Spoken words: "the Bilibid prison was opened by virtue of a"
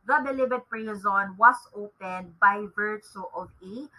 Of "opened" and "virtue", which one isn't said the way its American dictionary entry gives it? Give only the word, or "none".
virtue